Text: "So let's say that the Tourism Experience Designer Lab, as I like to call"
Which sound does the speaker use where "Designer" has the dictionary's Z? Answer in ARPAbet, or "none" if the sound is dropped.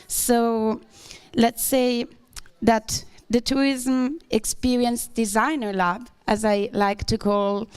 Z